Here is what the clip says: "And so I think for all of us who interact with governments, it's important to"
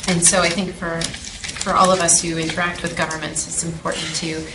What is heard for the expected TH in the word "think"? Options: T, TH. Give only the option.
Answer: TH